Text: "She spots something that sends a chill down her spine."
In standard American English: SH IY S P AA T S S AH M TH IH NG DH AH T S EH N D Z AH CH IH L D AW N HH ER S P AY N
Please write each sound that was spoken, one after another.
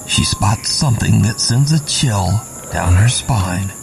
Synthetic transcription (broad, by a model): SH IY S P AA T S S AH M TH IH NG DH AH T S EH N D Z AH CH IH L D AW N ER S P AY N